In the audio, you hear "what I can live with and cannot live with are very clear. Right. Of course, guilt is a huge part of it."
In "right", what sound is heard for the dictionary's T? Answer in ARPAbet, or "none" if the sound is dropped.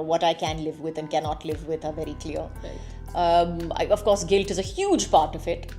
none